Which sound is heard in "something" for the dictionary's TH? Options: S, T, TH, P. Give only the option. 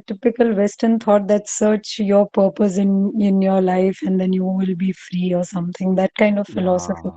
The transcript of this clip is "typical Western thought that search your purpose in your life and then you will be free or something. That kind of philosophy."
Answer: T